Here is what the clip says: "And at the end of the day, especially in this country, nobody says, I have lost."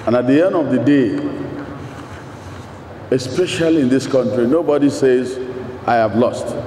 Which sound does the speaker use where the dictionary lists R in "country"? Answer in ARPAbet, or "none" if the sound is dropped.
R